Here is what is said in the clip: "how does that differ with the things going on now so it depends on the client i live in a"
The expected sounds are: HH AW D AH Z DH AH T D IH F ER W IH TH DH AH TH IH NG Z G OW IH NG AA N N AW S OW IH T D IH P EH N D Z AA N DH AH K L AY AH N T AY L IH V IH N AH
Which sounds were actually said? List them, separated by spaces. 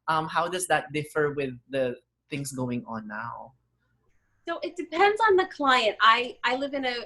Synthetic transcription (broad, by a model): HH AW D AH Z DH AH T D IH F ER W IH DH AH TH IH NG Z G OW IH NG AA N N AW S OW IH T D IH P EH N D Z N DH AH K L AY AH N T AY L IH V IH N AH